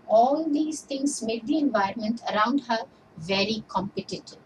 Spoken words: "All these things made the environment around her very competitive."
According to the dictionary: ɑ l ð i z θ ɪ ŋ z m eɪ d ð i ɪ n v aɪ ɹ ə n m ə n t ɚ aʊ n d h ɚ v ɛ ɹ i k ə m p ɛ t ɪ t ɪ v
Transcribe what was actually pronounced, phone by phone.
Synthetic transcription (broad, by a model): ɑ l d i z t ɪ ŋ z m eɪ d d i ɪ n v aɪ ɹ ə n m ə n t ɚ aʊ n d h ɚ v ɛ ɹ i k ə m p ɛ t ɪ t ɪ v